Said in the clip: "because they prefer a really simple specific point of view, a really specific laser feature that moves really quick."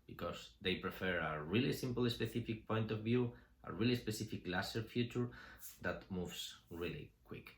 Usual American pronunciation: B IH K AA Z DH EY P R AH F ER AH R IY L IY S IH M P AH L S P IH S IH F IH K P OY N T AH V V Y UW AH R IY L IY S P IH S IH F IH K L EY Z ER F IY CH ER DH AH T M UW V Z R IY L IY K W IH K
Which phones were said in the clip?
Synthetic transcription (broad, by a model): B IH K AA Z DH EY P R AH F ER AH R IY L IY S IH M P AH L S P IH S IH F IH K P OY N T AH V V Y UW AH R IY L IY S P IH S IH F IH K L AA S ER F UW CH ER DH AH T M UW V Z R IY L IY K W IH K